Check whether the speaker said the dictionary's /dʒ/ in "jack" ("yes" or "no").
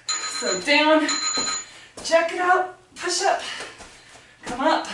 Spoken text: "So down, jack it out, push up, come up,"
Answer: no